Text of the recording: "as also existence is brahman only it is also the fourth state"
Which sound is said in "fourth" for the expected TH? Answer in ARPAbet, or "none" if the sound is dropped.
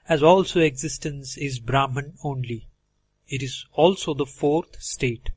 T